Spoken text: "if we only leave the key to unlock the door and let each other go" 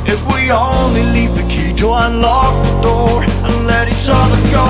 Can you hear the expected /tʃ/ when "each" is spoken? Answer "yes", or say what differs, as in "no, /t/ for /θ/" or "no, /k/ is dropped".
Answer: no, /s/ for /tʃ/